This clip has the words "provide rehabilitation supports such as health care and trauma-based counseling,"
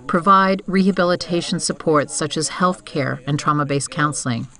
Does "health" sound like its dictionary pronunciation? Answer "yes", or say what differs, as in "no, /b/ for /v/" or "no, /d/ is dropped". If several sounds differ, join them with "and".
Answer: yes